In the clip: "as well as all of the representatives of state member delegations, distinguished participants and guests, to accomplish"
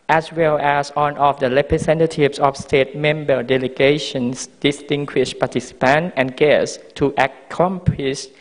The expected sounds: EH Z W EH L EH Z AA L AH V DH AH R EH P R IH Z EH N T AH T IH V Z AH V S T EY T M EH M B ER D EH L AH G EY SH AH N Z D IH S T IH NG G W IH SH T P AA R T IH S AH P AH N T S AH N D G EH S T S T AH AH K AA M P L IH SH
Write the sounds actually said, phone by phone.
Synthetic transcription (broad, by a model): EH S W EH L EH S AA N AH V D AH R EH P R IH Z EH N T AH T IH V S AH F S T EY T M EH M B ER D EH L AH G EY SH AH N S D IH S T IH NG G W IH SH P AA T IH S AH P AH N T AH N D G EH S T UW T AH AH K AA M P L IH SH